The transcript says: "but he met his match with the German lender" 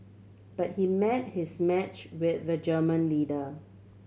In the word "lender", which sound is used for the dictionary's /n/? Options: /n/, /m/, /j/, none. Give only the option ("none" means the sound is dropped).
none